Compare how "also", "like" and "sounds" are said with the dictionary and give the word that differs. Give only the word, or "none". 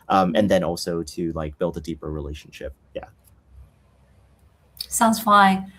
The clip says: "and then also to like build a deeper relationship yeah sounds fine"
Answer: none